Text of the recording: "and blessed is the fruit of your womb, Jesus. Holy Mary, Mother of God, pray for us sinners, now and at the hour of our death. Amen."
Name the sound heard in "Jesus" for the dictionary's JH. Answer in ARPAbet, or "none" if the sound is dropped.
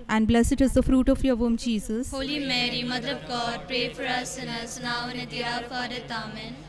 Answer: CH